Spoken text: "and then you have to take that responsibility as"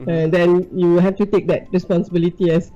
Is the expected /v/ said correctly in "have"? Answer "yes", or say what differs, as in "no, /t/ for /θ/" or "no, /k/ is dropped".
no, /f/ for /v/